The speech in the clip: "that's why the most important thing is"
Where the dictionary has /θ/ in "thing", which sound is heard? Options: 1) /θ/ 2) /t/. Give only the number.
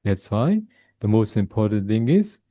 1